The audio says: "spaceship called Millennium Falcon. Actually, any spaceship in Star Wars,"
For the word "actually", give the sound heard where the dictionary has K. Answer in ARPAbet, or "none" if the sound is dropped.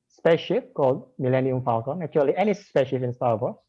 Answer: none